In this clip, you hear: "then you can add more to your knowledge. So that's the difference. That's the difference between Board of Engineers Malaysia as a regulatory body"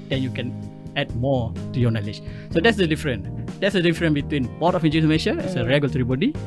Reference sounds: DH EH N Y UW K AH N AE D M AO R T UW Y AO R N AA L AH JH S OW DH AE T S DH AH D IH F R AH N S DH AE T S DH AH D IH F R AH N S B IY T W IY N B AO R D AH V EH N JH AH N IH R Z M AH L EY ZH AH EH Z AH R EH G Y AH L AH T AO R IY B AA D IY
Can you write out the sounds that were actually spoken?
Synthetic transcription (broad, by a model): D EH N Y UW K AH N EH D M AO T UW Y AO N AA L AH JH S OW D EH T S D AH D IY F R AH N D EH T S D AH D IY F R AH N B IY T W IY N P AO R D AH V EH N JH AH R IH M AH N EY SH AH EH S AH R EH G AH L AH T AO R IY B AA D IY